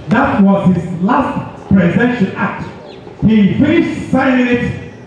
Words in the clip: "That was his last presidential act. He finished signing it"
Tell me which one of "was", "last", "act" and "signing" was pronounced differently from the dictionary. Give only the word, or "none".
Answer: signing